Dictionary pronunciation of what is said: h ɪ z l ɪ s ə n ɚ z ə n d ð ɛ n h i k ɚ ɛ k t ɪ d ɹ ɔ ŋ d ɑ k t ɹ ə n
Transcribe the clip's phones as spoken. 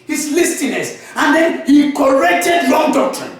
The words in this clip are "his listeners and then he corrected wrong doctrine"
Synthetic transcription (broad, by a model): h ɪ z l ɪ s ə n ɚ s ə n d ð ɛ n h i k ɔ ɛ k t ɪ d l ɔ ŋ d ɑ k t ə